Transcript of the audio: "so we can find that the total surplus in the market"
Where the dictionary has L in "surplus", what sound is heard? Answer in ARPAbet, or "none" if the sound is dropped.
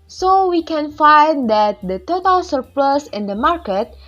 L